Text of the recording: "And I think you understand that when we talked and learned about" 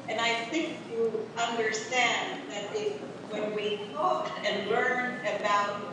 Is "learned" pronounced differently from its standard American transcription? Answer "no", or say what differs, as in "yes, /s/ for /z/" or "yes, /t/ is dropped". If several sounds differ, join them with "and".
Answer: yes, /d/ is dropped